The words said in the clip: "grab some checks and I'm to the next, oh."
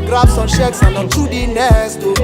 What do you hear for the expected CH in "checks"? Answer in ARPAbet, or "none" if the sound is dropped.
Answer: SH